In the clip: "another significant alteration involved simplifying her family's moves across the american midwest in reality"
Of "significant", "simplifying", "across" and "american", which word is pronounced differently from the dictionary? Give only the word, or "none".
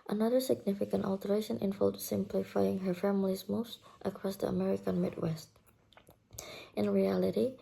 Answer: none